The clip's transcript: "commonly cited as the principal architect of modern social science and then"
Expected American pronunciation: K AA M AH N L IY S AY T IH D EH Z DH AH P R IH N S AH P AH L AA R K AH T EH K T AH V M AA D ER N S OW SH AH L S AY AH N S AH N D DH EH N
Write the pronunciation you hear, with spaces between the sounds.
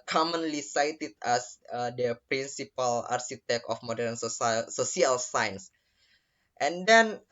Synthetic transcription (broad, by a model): K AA M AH N L IY S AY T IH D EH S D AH P R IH N S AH P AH L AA R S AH T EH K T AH F M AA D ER N S OW S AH L S AY N S AH N D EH N